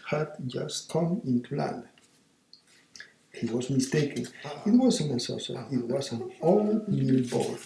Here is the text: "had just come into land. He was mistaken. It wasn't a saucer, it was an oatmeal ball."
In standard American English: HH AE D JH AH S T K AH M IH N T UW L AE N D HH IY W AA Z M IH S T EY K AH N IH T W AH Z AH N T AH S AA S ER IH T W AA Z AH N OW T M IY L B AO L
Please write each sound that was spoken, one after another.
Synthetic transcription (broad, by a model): HH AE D JH AH S T K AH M IH N T UW L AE N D HH IY W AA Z M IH S T EY K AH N IH T W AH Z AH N AH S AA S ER IH T W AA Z AH N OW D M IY L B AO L